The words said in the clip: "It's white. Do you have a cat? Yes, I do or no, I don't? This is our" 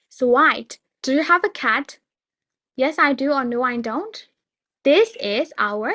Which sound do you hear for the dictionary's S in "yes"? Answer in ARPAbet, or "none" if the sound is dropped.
S